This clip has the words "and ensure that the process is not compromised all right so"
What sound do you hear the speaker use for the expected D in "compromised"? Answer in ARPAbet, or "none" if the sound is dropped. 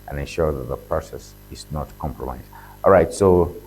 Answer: none